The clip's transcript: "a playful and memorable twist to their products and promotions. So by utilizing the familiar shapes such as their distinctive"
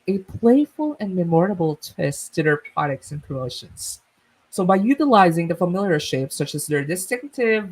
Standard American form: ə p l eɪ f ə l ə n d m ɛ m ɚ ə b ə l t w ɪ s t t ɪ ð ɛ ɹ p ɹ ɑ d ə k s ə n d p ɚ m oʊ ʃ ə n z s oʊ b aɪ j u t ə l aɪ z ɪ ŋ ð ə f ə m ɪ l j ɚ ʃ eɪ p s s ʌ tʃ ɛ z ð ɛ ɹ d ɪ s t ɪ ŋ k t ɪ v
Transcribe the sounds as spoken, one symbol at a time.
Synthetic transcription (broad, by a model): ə p l eɪ f ə l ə n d m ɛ m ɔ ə b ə l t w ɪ s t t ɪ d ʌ ɹ p ɑ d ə k s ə n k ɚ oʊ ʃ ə n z s oʊ b aɪ j u t ə l aɪ z ɪ ŋ ð ə f ə m ɪ l j ɚ ʃ eɪ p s s ʌ tʃ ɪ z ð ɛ ɹ d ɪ s t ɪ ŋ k t ɪ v